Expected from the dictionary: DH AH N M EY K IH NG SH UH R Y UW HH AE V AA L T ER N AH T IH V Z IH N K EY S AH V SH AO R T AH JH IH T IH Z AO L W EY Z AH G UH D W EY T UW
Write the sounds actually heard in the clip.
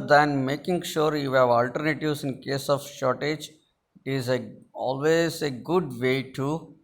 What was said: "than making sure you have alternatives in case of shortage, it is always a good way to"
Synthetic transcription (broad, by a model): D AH N M EY K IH NG SH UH R Y UW HH AE V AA L T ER N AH T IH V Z IH N K EY S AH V SH AO R T AH JH IH T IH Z AO L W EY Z AH G UH D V EY T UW